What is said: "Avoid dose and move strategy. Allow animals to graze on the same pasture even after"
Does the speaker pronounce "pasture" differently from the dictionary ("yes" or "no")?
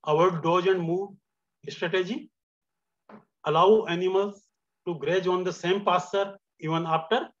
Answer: yes